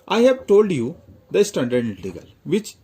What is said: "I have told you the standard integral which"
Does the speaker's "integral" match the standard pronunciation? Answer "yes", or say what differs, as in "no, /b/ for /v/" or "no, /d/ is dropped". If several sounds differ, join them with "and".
no, /ɹ/ is dropped